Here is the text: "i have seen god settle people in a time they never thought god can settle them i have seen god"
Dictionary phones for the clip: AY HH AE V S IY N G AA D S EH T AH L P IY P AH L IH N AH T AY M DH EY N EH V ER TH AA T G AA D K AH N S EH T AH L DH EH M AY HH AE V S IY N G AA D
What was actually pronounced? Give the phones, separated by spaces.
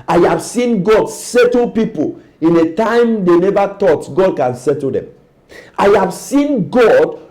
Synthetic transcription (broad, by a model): AY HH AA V S IY N G AA D S EH T AH L P IY P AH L IH N AH T AY M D EY N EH V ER T AA T G AA D K AH N S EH T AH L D EH M AY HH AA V S IY N G AA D